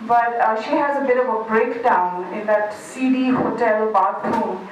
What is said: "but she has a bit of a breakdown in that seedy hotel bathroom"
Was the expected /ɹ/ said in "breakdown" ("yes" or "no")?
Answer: yes